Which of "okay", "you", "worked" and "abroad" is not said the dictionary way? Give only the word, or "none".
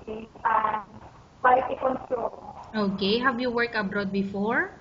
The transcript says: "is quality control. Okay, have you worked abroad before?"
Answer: worked